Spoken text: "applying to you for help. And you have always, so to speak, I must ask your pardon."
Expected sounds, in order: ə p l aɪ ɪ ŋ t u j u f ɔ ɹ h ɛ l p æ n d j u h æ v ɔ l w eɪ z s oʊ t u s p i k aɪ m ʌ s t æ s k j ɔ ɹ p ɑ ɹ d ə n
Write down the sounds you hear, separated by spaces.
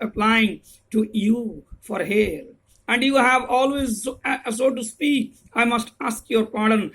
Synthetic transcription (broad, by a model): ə p l aɪ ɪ ŋ t u j u f ɔ ɹ h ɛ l æ n d j u h æ v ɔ l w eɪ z s oʊ t u s p i k aɪ m ʌ s t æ s k j ɔ ɹ p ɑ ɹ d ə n